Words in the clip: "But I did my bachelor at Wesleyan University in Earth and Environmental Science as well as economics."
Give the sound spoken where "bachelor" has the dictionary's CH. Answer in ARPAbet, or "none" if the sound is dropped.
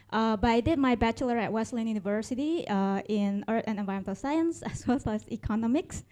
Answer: CH